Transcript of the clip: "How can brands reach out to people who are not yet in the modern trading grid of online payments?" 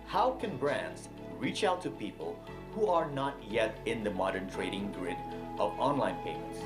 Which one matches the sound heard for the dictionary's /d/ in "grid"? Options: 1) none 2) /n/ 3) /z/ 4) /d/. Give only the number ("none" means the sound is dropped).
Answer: 4